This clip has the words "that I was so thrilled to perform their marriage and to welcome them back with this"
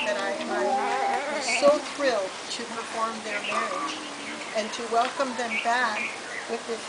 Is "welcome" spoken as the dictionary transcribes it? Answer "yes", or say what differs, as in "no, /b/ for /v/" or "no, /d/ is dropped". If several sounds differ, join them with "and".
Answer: yes